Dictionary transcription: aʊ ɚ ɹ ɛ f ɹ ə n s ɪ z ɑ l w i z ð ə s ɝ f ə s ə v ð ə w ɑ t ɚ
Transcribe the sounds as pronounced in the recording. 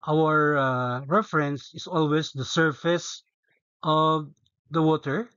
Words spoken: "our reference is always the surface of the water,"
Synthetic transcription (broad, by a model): aʊ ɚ ɹ ɛ f ɹ ə n s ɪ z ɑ l w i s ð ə s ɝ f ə s ə v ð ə w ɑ t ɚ